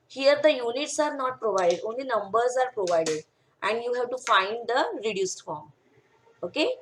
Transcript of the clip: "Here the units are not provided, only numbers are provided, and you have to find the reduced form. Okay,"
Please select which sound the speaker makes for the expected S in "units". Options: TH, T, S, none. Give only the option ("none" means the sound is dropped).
S